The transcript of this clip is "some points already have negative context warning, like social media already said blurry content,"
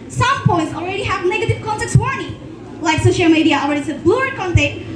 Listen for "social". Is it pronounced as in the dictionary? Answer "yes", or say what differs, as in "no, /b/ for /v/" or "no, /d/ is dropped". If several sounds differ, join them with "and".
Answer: yes